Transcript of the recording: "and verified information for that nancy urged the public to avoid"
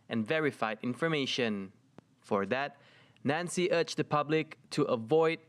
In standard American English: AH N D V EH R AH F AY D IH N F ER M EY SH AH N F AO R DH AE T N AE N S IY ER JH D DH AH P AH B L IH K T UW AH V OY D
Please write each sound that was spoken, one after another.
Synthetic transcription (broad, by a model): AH N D V EH R AH F AY D IH N F ER M EY SH AH N F AO R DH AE T N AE N S IY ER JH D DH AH P AH B L IH K T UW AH V OY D